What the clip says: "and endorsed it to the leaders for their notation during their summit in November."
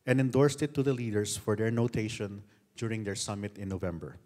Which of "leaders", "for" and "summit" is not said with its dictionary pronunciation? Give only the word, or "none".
leaders